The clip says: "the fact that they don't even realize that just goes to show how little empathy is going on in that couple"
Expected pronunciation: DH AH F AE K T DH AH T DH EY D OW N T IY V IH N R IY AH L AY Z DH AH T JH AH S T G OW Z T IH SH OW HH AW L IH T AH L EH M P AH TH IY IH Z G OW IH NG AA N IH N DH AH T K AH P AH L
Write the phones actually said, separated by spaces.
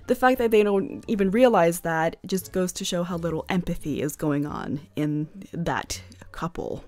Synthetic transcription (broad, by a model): DH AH F AE K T DH AH T DH EY D OW N T IY V IH N R IY AH L AY Z DH AH T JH AH S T G OW Z T IH SH OW HH AW L IH T L EH M P AH TH IY IH Z G OW IH NG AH N IH N DH AH T K AH P L